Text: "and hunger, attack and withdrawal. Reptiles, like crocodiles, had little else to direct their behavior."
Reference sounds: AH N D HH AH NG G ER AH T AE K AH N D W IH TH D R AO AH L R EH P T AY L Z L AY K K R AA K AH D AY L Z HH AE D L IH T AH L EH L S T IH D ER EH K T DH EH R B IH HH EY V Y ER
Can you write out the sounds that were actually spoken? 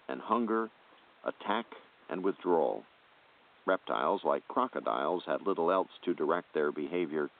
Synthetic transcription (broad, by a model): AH N HH AH NG G ER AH T AE K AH N W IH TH D R AO L R EH P T AY L Z L AY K K R AA K AH D AY L Z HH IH D L IH T L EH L S T IH D ER EH K T DH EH R B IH HH EY V Y ER